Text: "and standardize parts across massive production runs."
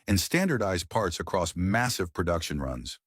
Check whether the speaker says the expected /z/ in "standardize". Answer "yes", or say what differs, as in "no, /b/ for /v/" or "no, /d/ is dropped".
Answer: yes